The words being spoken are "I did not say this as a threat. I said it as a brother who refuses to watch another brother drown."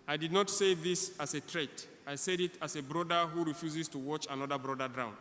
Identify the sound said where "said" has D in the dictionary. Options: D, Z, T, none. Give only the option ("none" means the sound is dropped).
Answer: D